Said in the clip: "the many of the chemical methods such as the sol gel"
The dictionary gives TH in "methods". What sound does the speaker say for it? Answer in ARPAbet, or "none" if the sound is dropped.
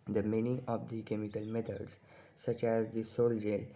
T